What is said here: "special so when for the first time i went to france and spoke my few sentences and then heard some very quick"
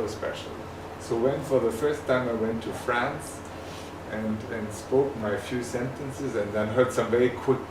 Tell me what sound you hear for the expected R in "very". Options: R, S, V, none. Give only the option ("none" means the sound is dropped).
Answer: none